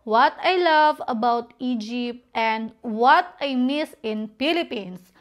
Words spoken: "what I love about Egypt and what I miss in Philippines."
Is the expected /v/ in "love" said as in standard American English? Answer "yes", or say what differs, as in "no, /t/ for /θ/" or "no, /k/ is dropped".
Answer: yes